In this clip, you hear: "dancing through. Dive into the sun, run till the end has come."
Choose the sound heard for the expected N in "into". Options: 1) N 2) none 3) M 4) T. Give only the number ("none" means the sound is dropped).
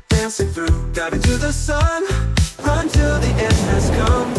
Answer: 2